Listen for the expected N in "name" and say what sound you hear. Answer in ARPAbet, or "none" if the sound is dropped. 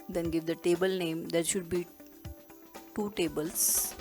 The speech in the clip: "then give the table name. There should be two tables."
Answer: N